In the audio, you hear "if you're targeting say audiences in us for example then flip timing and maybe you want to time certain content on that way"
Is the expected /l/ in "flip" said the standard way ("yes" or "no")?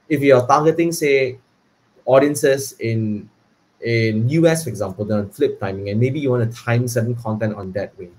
yes